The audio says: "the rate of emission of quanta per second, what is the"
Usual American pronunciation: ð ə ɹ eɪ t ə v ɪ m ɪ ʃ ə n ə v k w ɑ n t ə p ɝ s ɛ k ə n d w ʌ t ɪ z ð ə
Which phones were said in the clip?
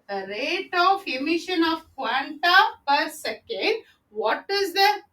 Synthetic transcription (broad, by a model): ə ɹ eɪ t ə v ɪ m ɪ ʃ ə n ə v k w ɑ n t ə p ɝ s ɛ k ə n d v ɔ t ɪ z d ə